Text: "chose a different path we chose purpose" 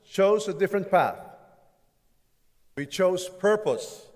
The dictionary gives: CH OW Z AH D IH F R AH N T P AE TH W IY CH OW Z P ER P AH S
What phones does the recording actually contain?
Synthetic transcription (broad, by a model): CH OW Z AH D IH F R AH N T P AE TH W IY CH OW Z P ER P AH S